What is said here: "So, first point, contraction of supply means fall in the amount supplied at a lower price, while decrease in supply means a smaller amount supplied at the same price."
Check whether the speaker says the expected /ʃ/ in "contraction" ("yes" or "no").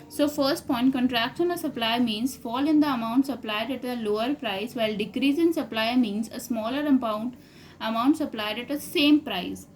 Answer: no